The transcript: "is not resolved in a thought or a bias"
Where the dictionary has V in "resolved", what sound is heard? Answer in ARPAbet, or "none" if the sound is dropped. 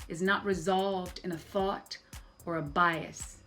V